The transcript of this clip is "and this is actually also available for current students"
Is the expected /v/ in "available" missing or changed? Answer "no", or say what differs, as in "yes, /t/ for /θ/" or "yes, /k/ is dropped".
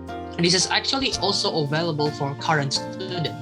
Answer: no